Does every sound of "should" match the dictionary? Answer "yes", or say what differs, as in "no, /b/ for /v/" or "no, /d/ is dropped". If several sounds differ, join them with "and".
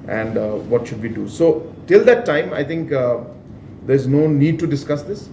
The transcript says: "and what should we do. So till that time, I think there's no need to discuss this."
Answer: yes